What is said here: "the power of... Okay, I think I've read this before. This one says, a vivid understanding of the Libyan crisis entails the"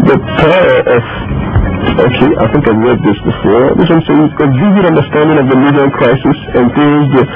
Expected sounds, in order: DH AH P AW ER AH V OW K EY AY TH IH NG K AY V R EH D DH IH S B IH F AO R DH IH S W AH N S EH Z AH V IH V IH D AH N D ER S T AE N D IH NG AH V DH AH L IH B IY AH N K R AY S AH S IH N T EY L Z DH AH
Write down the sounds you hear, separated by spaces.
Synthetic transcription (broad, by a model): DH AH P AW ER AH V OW K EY AY TH IH NG K AY V R EH D DH IH S B IH F AO R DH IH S W AH N S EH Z AH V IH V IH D AH N D ER S T AE N D IH NG AH V DH AH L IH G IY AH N K R AY S AH S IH N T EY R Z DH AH